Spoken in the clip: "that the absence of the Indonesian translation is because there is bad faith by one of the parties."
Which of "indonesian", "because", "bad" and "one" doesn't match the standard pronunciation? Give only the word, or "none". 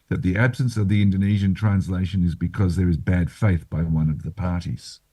none